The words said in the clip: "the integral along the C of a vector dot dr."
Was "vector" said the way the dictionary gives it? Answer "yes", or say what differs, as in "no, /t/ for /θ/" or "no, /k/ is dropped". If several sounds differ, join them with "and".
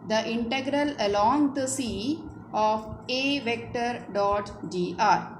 yes